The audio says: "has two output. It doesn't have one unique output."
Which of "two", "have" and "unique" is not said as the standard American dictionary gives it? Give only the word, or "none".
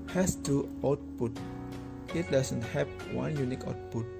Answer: have